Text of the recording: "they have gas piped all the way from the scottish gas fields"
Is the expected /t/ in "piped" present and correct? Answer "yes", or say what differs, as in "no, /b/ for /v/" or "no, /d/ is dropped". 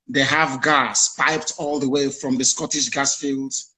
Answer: yes